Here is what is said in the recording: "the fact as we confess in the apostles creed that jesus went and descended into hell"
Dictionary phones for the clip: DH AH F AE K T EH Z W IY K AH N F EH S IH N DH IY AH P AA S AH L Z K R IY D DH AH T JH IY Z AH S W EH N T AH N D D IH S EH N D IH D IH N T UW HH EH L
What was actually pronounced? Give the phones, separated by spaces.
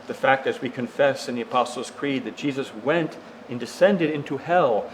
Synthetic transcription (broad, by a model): DH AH F AE K T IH Z W IY K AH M F EH S IH N DH IY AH P AA S L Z K R IY D DH AH T JH IY Z AH S W EH N T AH N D D IH S EH N D IH D IH N T UW HH EH L